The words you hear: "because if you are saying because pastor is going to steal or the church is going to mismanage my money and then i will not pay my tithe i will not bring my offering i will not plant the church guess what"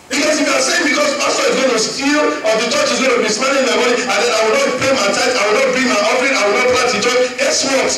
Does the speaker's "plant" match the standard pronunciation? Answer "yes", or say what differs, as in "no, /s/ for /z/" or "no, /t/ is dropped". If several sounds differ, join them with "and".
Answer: no, /n/ is dropped